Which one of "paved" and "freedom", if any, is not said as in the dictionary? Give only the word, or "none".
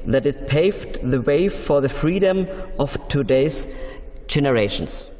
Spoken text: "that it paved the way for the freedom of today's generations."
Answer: none